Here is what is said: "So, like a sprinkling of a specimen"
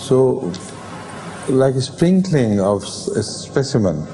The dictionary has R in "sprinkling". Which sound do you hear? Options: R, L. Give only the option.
R